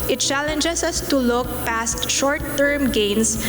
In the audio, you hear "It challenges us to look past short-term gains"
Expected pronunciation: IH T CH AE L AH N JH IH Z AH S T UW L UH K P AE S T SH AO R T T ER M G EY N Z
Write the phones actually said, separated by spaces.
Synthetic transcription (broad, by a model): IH T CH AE L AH N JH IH S AH S T UW L UH K P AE S T SH AO R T T ER M G EY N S